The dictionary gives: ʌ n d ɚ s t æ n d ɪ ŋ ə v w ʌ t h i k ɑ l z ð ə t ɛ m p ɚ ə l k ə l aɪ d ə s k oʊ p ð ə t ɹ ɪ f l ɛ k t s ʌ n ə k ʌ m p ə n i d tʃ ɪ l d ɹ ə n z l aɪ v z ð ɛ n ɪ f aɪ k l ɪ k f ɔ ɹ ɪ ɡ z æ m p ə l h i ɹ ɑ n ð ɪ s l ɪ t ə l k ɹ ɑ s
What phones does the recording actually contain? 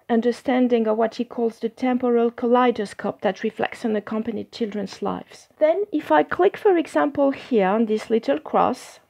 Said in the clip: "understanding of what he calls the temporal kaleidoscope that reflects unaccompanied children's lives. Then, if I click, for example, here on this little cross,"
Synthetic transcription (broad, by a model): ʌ n d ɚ s t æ n d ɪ ŋ ə v w ʌ t h i k ɑ l z ð ə t ɛ m p ɚ ə l k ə l aɪ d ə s k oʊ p ð ə t ɹ ɪ f l ɛ k t s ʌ n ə k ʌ m p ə n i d tʃ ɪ l d ɹ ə n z l aɪ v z ð ɛ n ɪ f aɪ k l ɪ k f ɔ ɹ ɪ ɡ z æ m p ə l h i ɹ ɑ n ð ɪ s l ɪ t ə l k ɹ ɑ s